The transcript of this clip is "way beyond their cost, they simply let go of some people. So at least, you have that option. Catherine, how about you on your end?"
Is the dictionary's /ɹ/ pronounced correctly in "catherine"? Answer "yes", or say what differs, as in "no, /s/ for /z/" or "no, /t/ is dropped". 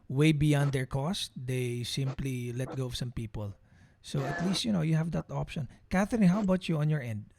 no, /ɹ/ is dropped